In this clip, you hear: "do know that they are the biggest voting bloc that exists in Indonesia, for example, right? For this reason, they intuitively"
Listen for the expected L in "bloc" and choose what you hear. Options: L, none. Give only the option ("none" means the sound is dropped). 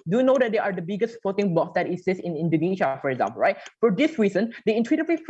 none